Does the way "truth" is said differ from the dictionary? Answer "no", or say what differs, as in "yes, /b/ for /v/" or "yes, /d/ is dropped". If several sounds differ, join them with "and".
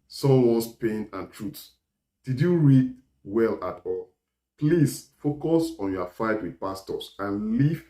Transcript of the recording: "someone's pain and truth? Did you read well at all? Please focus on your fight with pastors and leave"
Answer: yes, /s/ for /θ/